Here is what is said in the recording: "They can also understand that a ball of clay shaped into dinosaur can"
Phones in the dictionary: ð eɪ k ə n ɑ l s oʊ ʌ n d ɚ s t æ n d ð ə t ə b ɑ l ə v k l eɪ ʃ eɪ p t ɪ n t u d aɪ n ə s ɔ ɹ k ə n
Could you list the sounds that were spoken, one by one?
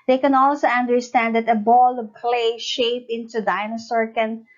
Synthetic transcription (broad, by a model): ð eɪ k ə n ɑ l s oʊ ʌ n d ɚ s t æ n d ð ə t ə b ɑ l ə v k l eɪ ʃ eɪ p ɪ n t u d aɪ n ə s ɔ ɹ k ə n